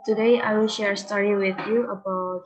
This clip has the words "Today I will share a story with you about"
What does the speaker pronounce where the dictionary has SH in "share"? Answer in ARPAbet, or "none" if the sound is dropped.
SH